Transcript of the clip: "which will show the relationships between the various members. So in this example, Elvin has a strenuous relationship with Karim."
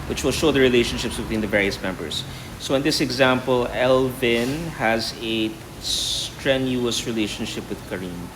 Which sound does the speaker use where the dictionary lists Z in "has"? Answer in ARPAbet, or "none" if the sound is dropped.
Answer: Z